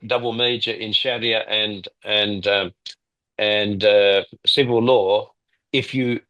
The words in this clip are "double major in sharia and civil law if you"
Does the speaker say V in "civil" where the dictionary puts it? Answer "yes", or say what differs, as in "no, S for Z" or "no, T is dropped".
yes